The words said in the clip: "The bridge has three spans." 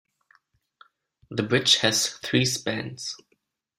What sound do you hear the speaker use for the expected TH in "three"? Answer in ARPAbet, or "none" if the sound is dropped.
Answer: TH